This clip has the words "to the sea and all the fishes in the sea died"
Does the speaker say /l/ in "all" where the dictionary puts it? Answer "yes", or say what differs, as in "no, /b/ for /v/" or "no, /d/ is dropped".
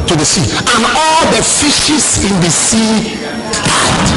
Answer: yes